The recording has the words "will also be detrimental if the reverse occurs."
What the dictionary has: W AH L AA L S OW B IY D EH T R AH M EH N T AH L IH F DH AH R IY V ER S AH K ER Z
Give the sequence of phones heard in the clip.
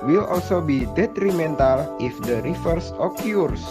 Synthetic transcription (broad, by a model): W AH L AA L S OW B IY D EH T R AH M EH N T AH L IH F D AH R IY F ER S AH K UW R